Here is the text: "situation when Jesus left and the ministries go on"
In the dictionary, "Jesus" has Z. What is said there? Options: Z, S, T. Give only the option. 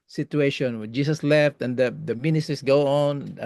S